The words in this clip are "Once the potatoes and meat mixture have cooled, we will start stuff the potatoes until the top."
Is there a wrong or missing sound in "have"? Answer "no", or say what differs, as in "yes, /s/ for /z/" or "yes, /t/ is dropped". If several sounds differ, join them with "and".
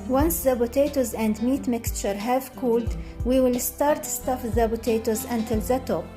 no